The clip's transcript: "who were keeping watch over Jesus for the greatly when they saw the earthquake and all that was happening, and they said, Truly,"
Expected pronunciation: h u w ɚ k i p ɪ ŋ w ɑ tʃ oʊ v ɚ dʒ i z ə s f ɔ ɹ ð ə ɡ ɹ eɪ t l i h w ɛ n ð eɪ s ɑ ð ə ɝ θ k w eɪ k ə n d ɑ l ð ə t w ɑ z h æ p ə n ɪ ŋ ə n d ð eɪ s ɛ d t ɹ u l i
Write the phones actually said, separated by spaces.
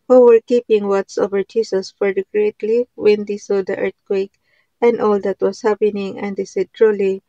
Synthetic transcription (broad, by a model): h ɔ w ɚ k i p ɪ ŋ w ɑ s oʊ v ɚ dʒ i s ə s f ɔ ɹ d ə ɡ ɹ eɪ t l i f w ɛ n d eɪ s ɑ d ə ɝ t k w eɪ k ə n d ɑ l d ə t w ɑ s h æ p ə n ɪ ŋ ə n d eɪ s ɛ d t ɹ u l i